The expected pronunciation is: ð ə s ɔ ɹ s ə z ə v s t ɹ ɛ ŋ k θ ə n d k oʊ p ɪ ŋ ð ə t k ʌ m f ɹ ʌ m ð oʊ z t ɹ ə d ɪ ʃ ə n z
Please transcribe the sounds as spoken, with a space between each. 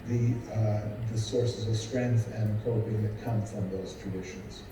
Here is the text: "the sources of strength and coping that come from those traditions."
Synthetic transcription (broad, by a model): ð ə s ɔ ɹ s ə z ə v s t ɹ ɛ ŋ k θ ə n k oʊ ɪ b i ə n k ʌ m f ɹ ʌ m ð oʊ z t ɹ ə d ɪ ʃ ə n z